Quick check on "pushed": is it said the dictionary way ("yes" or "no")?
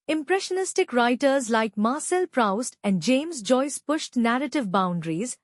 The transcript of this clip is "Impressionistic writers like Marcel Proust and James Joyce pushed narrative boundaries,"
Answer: yes